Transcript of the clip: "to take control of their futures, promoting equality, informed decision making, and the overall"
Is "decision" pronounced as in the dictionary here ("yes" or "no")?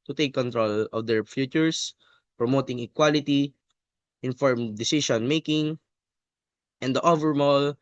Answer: no